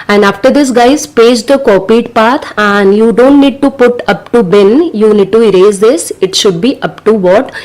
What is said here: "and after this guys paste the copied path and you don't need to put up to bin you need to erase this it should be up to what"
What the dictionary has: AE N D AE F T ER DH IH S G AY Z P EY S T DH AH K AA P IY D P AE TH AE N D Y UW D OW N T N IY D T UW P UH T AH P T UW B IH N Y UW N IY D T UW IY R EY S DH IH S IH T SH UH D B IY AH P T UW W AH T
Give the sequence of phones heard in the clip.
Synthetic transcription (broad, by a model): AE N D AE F T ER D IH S G AY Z P EY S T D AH K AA P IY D P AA T AE N D Y UW D OW N T N IY D T UW P UH T AH P T UW B IH N Y UW N IY D T UW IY R EY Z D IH S IH T SH UH D B IY AH P T UW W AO T